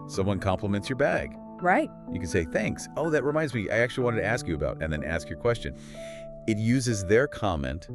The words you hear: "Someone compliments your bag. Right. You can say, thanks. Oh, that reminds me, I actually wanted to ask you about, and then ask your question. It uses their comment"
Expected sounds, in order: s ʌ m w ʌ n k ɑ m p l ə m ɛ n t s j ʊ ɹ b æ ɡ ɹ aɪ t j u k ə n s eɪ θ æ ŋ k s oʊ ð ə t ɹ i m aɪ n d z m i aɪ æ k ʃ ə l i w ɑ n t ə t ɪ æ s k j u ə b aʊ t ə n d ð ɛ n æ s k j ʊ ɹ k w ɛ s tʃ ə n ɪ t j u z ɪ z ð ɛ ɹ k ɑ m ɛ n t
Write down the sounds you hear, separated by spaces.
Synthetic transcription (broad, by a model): s ʌ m w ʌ n k ɑ m p l ə m ɛ n t s j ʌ ɹ b æ ɡ ɹ aɪ t j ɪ k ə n s eɪ θ æ ŋ k s oʊ ð ə t ɹ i m aɪ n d z m i aɪ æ k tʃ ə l i w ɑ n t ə t ɪ æ s k j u ə b aʊ t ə n ð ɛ n æ s k j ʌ ɹ k w ɛ s tʃ ə n ɪ t j u z ɪ z ð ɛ ɹ k ɑ m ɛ n t